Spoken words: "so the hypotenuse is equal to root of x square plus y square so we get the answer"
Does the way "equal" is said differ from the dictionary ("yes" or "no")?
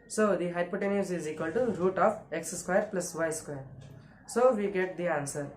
no